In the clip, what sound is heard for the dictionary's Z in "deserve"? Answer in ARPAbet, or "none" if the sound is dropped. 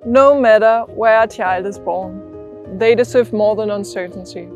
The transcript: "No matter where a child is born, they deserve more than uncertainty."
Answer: S